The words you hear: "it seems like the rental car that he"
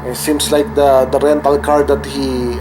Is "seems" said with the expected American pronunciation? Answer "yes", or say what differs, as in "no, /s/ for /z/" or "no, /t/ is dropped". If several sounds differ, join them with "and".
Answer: no, /s/ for /z/